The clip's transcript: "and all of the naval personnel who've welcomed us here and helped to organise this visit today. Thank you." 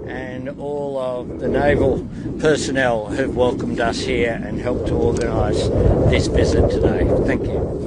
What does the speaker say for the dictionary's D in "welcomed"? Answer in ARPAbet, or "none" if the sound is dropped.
D